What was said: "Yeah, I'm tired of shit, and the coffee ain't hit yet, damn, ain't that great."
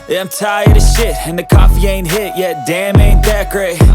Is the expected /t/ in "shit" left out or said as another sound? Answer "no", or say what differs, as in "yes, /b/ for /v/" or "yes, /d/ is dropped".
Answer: no